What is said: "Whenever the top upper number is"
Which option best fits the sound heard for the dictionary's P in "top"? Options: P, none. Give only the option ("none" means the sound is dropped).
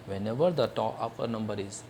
none